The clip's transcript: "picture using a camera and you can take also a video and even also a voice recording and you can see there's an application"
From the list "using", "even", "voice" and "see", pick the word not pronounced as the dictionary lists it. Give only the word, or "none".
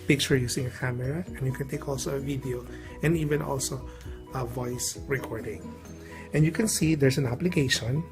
using